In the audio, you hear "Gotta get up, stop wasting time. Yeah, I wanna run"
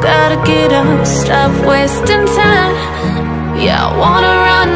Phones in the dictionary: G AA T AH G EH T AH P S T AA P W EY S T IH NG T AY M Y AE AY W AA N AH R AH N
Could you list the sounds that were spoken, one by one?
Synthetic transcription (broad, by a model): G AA T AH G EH T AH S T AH F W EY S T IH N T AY Y AE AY W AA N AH R AH N